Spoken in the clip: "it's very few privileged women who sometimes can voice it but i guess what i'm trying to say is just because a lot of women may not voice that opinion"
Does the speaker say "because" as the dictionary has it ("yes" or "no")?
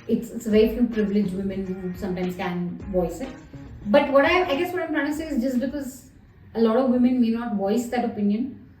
yes